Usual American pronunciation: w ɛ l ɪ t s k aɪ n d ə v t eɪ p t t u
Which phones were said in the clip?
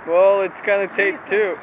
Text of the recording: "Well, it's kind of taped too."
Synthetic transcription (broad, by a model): w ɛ l ɪ t s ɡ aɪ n ə t eɪ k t t u